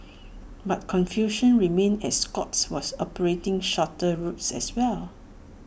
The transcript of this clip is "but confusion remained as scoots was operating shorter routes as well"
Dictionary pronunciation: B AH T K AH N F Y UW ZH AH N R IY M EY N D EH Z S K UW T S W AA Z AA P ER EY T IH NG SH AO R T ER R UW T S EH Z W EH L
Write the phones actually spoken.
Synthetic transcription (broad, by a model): B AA T K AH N F Y UW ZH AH N R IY M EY N EH S K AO T S W AA S AA P ER EY T IH NG SH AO T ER R UW T S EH S W EH L